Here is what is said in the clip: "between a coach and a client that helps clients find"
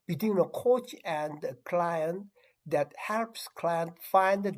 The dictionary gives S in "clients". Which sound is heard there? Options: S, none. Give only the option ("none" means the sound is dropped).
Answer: none